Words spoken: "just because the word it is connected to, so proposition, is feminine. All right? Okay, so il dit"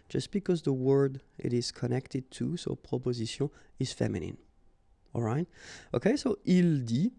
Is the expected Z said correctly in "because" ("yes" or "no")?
yes